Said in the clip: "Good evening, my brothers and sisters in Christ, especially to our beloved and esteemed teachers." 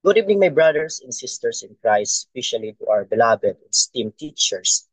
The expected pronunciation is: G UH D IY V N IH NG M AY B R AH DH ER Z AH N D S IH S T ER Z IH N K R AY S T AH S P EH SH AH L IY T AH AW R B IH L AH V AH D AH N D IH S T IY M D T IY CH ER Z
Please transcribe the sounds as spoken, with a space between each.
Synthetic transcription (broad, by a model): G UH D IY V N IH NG M AY B R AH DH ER S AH N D S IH S T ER S IH N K R AY S AH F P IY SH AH L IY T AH AW R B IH L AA B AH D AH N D S T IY M T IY CH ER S